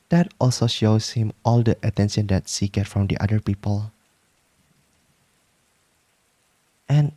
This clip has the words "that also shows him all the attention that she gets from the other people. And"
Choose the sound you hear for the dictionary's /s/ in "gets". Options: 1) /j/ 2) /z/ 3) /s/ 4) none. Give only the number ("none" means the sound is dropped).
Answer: 4